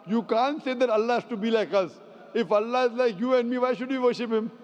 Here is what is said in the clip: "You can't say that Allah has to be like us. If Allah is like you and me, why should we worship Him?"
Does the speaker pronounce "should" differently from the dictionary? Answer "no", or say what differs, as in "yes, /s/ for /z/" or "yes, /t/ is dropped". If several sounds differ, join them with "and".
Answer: no